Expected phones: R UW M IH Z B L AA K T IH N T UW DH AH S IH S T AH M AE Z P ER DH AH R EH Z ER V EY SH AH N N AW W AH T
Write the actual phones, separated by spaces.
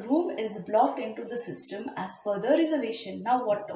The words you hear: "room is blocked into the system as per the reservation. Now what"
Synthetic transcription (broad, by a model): R UW M IH Z B L AA K T IH N T UW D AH S IH S T AH M AE Z F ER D AH R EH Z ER V EY SH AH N N AW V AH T